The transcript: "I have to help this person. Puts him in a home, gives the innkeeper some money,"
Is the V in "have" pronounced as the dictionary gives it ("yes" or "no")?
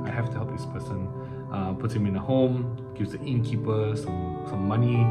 no